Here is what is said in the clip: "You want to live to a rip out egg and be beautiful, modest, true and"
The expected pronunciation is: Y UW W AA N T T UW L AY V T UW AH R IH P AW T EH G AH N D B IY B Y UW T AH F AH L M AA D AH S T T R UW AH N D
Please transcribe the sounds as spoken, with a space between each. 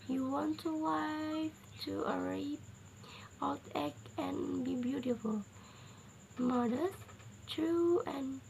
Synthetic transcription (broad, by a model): Y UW W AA N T T UW W AY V T UW AH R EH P AW T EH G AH N B IY B Y UW T AH F AH L M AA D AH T T R UW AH N